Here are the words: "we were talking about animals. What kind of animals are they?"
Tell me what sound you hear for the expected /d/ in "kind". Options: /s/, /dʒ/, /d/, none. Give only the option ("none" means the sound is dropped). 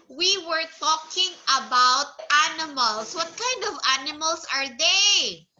/d/